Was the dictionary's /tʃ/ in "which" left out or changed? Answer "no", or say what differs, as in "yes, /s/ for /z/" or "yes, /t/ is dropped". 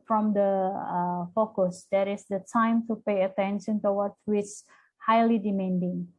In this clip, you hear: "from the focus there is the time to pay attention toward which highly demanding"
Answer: yes, /s/ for /tʃ/